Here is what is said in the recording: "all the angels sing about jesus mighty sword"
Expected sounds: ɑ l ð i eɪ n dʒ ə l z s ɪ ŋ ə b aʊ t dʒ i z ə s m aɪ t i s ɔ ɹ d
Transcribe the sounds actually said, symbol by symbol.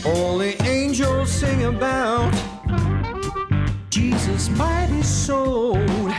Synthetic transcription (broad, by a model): ɑ l ð i eɪ n dʒ ə l z s ɪ ŋ ə b aʊ t dʒ i z ə s m aɪ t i s ɔ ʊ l